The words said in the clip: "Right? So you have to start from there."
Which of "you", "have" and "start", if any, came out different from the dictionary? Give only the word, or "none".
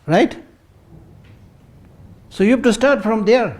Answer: have